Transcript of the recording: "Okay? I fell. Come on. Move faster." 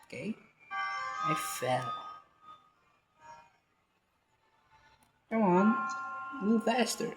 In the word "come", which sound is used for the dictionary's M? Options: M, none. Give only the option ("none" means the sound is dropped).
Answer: none